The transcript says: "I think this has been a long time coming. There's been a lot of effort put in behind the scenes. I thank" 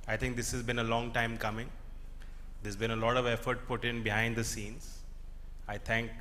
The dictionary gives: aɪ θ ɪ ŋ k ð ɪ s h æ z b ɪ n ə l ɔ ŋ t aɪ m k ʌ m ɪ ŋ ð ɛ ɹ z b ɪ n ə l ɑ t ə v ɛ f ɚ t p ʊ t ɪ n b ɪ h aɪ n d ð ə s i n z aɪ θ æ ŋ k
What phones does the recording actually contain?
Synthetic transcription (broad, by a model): aɪ t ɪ ŋ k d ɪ s h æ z b ɪ n ə l ɔ ŋ t aɪ m k ʌ m ɪ ŋ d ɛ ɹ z b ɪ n ə l ɑ t ə v ɛ f ɚ t p ʊ t ɪ n b ɪ h aɪ n d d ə s i n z aɪ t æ ŋ k